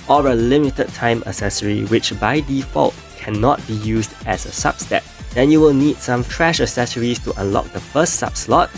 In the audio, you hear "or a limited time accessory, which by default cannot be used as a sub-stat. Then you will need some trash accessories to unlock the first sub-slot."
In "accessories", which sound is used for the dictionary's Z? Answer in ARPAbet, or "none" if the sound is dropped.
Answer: S